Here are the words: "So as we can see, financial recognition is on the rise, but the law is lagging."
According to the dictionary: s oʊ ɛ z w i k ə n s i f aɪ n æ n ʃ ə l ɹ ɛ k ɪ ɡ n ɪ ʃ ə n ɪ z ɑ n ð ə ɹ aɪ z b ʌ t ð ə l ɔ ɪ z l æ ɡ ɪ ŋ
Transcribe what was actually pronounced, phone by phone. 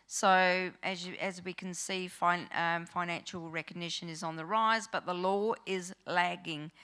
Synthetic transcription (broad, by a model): s oʊ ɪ z w i k ə n s i f aɪ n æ n ʃ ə l ɹ ɛ k ɪ ɡ n ɪ ʃ ə n ɪ z n ð ə ɹ aɪ z b ʌ t ð ə l ɔ ɪ z l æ ɡ ɪ ŋ